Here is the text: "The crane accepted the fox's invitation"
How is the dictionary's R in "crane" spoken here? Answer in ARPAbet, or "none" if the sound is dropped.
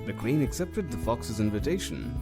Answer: W